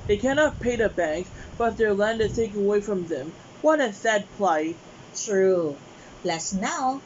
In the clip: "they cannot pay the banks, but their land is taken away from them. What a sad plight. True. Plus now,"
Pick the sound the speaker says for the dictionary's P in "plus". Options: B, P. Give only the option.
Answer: B